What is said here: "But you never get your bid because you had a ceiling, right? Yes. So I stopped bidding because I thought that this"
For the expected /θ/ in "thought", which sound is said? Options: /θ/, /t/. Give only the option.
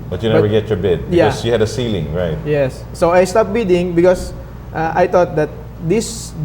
/t/